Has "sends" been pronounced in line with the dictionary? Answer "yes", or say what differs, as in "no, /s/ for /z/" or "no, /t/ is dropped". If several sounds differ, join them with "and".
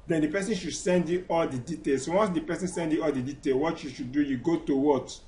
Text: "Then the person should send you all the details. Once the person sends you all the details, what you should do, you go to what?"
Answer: no, /z/ is dropped